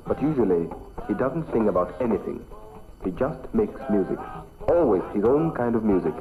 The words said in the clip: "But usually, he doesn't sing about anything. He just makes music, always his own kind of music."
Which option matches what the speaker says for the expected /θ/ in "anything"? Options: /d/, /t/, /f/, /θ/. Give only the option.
/θ/